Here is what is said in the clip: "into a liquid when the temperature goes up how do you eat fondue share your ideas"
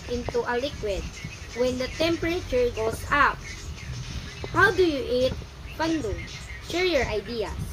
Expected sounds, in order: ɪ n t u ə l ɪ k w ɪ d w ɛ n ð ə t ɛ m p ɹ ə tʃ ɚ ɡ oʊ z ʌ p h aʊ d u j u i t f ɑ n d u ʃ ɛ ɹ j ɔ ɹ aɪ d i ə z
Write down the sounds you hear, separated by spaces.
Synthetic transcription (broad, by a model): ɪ n t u ə l ɪ k w ɪ d w ɛ n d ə t ɛ m p ɹ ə tʃ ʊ ɡ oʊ s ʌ p h aʊ d u j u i t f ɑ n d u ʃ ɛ ɹ j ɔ ɹ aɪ d i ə